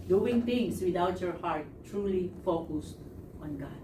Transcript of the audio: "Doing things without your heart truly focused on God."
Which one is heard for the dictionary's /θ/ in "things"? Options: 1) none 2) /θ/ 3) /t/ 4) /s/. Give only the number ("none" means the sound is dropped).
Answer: 3